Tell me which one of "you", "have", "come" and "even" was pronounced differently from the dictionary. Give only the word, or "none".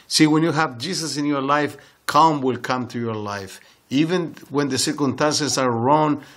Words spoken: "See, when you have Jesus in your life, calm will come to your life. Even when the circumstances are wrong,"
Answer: none